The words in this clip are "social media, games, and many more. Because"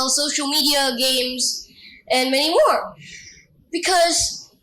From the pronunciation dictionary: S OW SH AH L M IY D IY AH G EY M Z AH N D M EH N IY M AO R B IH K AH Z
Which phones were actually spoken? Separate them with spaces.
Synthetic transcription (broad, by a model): S OW SH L M IY D IY AH G EY M Z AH N M EH N IY M AO R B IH K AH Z